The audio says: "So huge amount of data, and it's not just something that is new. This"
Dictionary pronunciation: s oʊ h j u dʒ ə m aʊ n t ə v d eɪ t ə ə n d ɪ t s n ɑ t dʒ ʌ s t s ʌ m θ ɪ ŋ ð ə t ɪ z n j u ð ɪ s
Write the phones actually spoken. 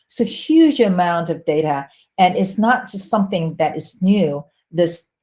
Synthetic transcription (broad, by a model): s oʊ h j u dʒ ə m aʊ n t ə v d eɪ t ə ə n ɪ t s n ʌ t dʒ ʌ s t s ʌ m θ ɪ ŋ ð ə t ɪ z n j u ð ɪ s